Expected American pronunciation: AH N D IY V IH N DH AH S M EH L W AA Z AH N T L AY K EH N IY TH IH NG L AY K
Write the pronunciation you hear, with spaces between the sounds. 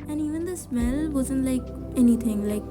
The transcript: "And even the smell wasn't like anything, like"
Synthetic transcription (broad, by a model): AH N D IY V IH N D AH S M EH L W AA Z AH N T L AY K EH N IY T IH NG L AY K